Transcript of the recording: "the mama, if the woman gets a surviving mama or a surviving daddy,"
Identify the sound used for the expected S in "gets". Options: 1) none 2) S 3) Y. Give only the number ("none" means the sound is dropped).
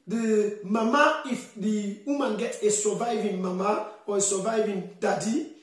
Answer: 1